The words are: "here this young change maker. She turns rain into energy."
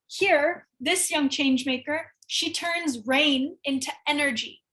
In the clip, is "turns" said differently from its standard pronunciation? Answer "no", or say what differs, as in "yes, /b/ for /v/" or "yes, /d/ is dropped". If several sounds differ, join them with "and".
no